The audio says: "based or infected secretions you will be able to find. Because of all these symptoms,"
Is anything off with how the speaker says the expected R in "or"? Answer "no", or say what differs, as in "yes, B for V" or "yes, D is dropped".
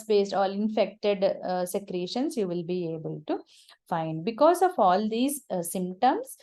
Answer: yes, L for R